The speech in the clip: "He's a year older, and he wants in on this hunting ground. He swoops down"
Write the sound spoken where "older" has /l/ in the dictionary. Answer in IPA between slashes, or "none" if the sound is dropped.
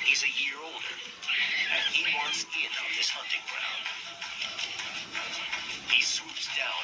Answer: /l/